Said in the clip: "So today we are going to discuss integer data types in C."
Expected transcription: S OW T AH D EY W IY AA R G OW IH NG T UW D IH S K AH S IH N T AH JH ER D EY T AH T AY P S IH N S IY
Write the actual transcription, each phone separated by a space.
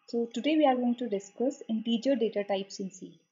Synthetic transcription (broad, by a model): S OW T AH D EY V IY AA R G OW IH NG T UW D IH S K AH S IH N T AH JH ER D EY T AH T AY P S IH N S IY